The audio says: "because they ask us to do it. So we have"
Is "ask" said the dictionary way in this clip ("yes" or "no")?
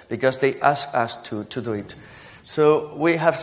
yes